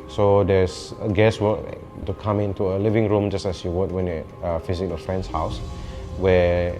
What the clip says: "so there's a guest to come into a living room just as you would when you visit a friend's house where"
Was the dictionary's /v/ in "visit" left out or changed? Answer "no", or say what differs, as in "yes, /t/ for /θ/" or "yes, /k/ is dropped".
yes, /f/ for /v/